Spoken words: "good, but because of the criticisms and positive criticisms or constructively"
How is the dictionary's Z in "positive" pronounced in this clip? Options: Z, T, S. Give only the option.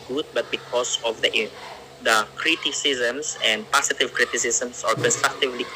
S